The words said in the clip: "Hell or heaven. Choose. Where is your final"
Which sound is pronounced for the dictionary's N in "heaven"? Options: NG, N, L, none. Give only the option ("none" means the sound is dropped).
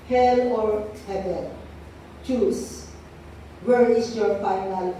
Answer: L